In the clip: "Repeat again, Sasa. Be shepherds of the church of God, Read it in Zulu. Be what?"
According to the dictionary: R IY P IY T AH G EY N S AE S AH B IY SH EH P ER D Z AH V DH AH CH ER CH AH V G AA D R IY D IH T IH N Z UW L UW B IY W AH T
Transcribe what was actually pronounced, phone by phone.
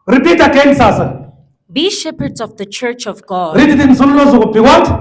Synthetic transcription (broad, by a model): R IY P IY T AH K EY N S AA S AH B IY SH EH P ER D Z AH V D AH CH ER CH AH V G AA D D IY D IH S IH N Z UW W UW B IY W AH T